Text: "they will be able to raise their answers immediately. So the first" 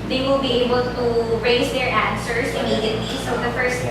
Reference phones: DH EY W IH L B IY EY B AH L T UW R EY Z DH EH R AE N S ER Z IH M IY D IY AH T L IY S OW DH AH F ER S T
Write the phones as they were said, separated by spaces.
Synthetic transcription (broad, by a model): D EY W IH L B IY EY B AH L T UW R EY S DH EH R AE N S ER S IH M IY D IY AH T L IY S OW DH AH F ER S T